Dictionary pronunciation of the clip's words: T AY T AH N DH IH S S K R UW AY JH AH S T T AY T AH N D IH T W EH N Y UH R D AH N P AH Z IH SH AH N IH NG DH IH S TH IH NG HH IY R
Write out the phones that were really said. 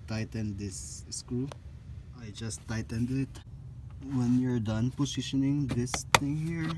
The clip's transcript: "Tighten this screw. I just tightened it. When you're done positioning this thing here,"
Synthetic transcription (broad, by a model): T AY T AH N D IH S S K UW AY JH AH S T T AY T AH N D IH T W EH N Y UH R D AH N P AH S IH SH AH N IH NG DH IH S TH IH NG HH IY R